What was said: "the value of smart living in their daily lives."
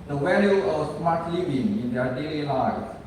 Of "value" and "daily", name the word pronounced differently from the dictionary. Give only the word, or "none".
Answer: value